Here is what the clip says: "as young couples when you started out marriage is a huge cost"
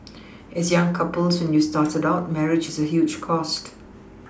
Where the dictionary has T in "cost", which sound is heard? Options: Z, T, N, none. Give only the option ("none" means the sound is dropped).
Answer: T